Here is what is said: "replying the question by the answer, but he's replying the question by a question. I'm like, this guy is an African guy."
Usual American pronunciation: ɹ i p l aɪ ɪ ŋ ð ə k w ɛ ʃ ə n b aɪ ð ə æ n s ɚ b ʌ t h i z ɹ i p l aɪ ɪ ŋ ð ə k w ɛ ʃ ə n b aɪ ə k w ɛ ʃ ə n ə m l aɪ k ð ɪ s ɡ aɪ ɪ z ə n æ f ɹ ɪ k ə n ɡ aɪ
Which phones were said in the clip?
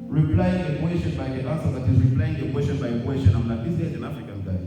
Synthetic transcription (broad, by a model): ɹ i p l aɪ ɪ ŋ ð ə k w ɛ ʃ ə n b aɪ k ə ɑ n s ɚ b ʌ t h i z ɹ i p l aɪ ɪ ŋ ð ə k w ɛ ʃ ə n b aɪ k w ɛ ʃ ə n ə m n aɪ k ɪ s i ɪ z ə n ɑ f ɹ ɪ k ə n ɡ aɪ